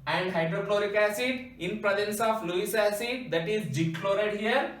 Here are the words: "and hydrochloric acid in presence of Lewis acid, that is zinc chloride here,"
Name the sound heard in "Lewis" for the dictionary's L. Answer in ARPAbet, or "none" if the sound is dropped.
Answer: L